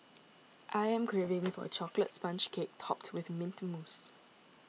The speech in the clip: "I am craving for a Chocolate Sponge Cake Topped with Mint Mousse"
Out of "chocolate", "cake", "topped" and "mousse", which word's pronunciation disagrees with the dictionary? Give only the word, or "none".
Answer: none